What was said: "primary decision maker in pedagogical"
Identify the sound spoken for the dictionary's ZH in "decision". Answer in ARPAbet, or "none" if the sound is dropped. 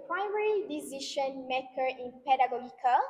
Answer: SH